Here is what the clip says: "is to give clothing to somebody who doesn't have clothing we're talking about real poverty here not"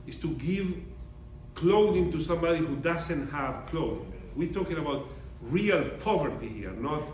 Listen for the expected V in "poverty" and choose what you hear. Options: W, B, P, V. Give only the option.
V